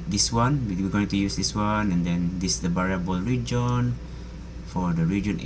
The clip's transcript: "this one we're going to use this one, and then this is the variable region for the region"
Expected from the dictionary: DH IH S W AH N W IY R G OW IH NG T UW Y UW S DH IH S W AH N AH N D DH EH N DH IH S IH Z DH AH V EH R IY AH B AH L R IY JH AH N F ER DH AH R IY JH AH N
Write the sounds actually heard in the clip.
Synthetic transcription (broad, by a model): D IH S W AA N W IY W G OW IH NG T UW Y UW S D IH S W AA N AH N D EH N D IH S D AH B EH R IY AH B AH L R IY JH AH N F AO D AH R IY JH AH N